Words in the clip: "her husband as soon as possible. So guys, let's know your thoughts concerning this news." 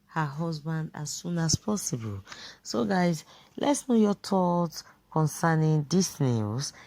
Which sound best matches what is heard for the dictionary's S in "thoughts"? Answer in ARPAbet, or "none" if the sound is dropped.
none